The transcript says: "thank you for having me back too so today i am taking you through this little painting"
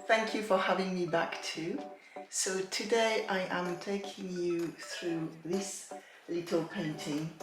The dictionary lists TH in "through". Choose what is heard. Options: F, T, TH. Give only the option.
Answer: TH